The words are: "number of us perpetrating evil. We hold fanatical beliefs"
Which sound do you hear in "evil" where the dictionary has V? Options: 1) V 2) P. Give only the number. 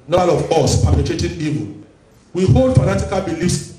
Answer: 2